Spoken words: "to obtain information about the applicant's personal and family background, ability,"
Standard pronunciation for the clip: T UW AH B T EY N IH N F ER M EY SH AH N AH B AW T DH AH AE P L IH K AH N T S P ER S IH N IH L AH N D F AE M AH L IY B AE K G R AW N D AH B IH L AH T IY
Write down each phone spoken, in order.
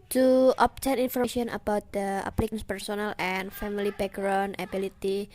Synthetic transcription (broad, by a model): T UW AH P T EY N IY N F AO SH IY AH N AH B AW T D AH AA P L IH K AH N S P ER S IH N IH L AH N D F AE M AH L IY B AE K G R AW N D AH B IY L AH T IY